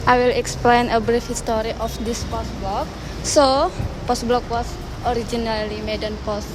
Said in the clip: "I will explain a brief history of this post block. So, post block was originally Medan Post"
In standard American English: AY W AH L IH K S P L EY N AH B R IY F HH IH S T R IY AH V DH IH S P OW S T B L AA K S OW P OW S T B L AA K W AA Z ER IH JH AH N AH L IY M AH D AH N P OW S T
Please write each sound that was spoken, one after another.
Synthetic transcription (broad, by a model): AY W AH L IH K S P L EY N AH B R IY F HH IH S T R IY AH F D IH S P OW S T B L AA K S OW P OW S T B L AA K W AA S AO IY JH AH N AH L IY M AH D AH N P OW S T